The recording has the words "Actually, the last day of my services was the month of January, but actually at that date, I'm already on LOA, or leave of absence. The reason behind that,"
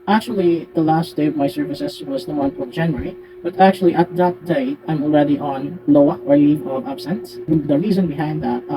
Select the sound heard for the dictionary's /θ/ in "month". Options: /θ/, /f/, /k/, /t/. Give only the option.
/f/